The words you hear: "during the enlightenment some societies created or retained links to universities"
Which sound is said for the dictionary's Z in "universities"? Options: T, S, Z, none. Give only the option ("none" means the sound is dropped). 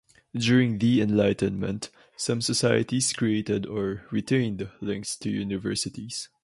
S